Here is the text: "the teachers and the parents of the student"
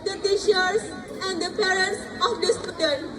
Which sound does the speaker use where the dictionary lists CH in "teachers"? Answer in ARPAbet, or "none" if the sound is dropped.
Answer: SH